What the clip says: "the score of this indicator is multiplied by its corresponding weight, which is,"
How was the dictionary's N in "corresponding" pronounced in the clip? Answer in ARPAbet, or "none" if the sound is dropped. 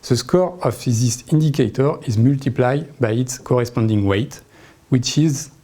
N